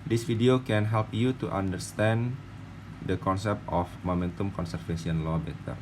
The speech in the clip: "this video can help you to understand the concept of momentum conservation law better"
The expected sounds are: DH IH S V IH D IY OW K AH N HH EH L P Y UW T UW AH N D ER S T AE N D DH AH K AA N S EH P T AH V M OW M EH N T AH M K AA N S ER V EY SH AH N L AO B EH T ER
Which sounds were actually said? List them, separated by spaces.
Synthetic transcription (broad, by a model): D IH S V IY D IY OW K AH N HH EH L P Y UW T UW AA N D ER S T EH N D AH K AA N S EH P T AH F M OW M EH N T AH M K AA N S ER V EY S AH N L AO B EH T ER